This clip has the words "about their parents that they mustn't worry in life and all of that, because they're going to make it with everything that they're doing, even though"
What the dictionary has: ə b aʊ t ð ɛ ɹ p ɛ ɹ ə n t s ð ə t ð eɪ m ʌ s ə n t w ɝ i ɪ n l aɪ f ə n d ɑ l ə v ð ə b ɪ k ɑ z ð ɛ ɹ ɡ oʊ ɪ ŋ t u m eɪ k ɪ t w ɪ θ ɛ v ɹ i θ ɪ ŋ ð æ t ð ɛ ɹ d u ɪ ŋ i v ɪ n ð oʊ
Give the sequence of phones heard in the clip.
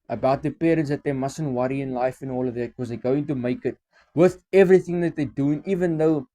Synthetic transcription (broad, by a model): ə b aʊ t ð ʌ p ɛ ɹ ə n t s ð ə t ð eɪ m ʌ s ə n t w ɝ i ɪ n l aɪ f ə n ɑ l ə v ð ə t k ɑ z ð ɛ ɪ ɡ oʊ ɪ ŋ t u m eɪ k ɪ t w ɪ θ ɛ v ɹ i θ ɪ ŋ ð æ t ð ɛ d u ɪ ŋ i v ɪ n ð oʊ